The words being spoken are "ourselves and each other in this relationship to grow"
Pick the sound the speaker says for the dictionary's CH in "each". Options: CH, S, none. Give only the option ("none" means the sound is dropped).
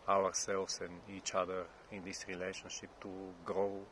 CH